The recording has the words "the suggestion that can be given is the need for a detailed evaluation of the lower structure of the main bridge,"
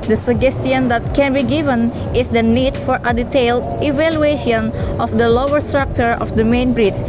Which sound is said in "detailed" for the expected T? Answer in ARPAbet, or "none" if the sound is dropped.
T